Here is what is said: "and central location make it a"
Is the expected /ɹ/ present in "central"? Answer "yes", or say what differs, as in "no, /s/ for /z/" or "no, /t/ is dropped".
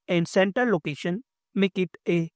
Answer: no, /ɹ/ is dropped